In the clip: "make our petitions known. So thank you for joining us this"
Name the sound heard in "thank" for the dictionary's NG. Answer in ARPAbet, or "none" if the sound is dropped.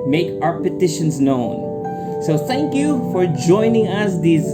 NG